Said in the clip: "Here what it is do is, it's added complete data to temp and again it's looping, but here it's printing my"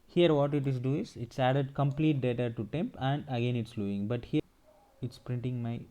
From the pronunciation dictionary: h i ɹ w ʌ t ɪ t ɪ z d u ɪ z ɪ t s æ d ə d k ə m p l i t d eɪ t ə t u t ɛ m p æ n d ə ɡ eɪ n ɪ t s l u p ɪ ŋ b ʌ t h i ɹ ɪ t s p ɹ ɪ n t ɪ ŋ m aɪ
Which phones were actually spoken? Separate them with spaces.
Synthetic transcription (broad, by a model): h i ɹ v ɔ t ɪ t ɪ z d u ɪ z ɪ t s æ d ə d k ə m p l i t d eɪ t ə t u t ɛ m p æ n d ə ɡ eɪ n ɪ t s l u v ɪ ŋ b ʌ t h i ɹ ɪ t s p ɹ ɪ n t ɪ ŋ m aɪ